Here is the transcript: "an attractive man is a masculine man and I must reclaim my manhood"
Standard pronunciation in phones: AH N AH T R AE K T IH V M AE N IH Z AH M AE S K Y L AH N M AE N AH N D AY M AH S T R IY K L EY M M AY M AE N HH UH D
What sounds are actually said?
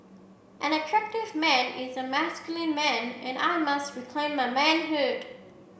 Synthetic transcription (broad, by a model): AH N AH T R AE K T IH V M AE N IH Z AH M AE S K Y L AH N M AE N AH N AY M AH S T R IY K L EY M M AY M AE N HH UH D